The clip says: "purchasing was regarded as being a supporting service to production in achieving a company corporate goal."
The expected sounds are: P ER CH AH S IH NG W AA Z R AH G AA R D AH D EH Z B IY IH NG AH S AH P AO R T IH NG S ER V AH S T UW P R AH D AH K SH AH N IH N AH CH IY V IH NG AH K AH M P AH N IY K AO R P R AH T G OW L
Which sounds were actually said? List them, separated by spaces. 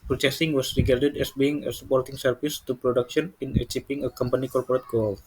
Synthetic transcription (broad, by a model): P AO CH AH S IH NG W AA S R AH G AA R D AH D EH S B IY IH NG AH S AH P AO R T IH NG S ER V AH S T UW P R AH D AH K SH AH N IH N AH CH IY P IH NG AH K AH M P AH N IY K AO R P R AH T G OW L